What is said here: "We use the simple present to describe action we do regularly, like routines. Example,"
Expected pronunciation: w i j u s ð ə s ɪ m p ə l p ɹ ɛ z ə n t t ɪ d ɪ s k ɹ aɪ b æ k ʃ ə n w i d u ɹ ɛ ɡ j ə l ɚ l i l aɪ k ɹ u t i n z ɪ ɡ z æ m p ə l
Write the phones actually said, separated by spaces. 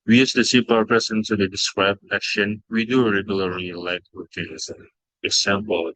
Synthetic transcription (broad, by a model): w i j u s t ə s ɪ p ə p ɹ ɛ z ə n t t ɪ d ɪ s k ɹ aɪ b æ k ʃ ə n w i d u ɹ ɛ ɡ j ə l ɚ l i l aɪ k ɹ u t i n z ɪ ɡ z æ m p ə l